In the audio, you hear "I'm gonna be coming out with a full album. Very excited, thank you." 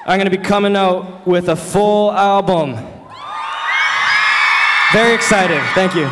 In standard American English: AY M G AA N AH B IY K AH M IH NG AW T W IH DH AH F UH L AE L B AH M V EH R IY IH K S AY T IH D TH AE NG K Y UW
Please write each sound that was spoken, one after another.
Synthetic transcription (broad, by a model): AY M G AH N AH B IY K AH M IH NG AW T W IH DH AH F UH L AE L B AH M V EH R IY IH K S AY T IH D TH AE NG K Y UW